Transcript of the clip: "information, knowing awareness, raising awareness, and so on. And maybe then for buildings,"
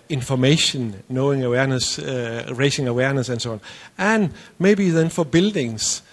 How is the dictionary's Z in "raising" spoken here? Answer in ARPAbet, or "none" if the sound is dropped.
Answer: S